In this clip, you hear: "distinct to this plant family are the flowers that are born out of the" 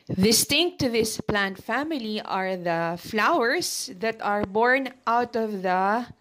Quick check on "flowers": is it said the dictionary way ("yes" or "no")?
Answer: no